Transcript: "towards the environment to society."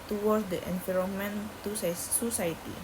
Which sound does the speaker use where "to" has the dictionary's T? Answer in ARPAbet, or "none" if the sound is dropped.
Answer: S